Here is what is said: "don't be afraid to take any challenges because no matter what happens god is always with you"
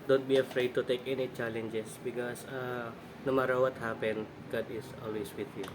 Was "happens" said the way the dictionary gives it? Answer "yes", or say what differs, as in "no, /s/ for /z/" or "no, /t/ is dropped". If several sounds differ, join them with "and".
no, /z/ is dropped